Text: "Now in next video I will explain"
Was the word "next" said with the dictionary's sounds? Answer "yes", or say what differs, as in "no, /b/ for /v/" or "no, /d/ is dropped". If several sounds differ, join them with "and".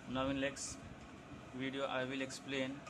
no, /l/ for /n/